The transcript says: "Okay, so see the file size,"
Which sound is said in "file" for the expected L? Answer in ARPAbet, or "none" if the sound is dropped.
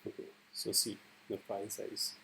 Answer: N